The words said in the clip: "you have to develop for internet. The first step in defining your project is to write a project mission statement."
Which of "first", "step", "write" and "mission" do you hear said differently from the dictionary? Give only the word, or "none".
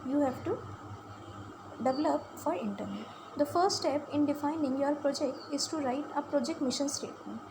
first